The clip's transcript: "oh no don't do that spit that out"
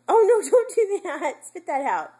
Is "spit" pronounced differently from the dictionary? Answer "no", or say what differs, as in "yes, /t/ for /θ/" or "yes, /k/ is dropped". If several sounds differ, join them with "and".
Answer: yes, /f/ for /p/